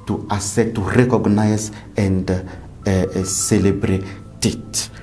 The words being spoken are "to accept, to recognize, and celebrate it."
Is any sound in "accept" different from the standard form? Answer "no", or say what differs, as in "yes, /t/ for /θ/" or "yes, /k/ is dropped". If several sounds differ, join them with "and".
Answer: yes, /k/ is dropped